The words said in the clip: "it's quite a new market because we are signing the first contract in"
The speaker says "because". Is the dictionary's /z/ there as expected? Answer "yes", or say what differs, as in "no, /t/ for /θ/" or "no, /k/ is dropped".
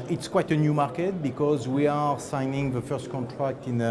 yes